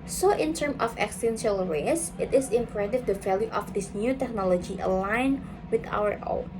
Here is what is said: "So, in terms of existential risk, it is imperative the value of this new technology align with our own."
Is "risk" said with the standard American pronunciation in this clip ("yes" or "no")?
no